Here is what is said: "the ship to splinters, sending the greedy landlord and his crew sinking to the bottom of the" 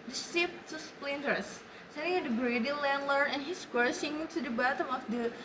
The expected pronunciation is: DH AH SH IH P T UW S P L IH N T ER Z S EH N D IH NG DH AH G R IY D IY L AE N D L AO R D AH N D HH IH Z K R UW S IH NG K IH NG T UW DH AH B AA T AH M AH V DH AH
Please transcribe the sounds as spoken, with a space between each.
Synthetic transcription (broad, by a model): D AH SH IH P T UW S P L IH N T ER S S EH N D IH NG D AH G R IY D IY L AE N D L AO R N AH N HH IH S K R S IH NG IH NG T UW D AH B AA T AH M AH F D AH